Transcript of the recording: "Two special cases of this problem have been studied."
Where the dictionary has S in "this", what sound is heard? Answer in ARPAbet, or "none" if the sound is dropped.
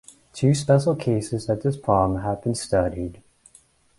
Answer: S